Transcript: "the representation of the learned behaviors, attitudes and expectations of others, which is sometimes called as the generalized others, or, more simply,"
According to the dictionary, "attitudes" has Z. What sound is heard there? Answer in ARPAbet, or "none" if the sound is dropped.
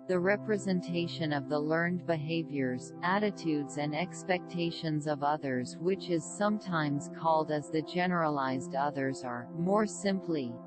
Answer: Z